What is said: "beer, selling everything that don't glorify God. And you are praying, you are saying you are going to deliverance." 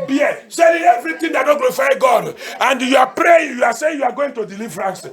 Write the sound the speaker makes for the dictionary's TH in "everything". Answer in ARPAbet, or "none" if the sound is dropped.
T